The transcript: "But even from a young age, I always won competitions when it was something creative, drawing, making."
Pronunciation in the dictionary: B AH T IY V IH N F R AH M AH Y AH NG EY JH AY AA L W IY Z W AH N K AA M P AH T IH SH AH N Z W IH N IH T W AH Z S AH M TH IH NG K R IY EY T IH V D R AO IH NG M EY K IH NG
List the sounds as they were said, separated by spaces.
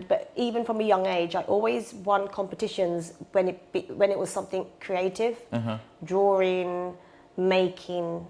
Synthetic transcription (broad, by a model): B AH T IY V IH N F R AH M AH Y AH NG EY JH AY AA L W IY Z W AH N K AA M P AH T IH SH AH N Z W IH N IH T W AH Z S AH M TH IH NG K R IY EY T IH V D R AO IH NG M EY K IH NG